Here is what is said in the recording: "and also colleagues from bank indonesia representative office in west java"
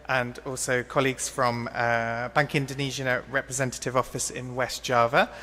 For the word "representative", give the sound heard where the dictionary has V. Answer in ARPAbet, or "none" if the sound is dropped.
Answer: V